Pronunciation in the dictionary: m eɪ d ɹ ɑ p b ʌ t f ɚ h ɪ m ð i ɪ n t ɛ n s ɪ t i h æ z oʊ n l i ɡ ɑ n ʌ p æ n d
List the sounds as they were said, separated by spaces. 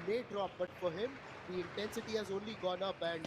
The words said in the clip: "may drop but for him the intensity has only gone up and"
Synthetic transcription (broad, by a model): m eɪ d ɹ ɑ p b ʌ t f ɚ h ɪ m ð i ɪ n t ɛ n s ɪ t i h æ z oʊ n l i ɡ ɑ n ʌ b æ n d